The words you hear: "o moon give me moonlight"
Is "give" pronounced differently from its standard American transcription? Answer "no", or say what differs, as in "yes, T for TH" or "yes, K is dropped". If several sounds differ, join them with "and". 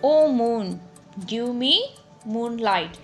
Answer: yes, W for V